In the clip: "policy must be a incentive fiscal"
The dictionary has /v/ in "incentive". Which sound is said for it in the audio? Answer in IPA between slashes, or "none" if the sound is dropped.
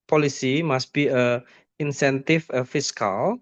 /f/